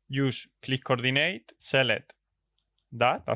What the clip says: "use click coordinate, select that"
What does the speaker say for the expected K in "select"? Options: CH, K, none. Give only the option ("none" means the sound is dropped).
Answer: none